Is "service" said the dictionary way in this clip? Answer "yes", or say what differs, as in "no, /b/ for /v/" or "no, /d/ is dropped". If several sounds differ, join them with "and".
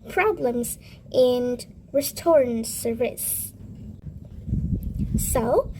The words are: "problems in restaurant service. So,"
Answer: no, /v/ is dropped